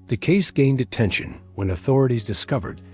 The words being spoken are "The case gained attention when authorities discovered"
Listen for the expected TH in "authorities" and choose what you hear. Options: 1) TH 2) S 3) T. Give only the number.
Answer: 1